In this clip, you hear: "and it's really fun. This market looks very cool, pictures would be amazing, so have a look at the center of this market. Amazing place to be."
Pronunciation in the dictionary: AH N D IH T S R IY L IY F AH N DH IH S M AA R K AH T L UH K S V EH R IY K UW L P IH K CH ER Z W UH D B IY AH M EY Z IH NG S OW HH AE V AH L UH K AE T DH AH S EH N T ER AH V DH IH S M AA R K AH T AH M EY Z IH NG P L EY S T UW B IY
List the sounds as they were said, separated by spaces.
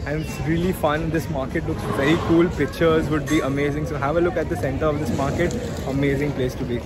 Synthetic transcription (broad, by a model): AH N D IH T S R IY L IY F AH N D IH S M AA R K AH T L UH K S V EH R IY K UW L P IH K CH ER Z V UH D B IY AH M EY Z IH NG S OW HH AE V AH L UH K AE T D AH S EH N T ER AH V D IH S M AA R K AH T AH M EY Z IH NG P L EY S T UW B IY